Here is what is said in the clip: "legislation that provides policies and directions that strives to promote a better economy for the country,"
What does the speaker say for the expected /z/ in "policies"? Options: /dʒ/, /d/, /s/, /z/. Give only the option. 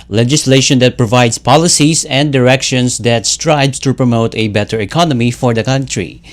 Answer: /s/